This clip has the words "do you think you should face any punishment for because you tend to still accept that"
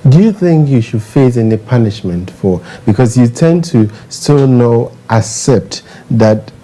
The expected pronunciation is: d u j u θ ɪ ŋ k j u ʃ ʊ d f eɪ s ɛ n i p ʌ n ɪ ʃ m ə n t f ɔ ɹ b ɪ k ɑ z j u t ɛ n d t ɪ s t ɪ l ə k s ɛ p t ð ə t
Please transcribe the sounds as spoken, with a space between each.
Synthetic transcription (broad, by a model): d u j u θ ɪ ŋ k j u ʃ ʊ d f eɪ s ɛ n i p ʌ n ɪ ʃ m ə n t f ɔ ɹ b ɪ k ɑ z j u t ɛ n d t ɪ s t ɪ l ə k s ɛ p t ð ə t